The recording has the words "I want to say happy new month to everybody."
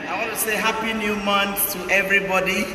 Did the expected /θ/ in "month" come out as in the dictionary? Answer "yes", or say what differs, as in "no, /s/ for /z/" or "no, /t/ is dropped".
no, /s/ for /θ/